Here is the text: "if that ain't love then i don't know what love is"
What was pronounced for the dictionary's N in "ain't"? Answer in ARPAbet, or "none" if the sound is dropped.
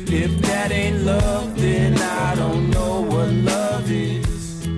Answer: N